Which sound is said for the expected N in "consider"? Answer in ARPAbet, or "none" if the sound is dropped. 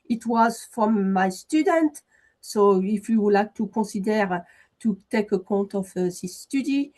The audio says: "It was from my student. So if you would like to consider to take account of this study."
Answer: none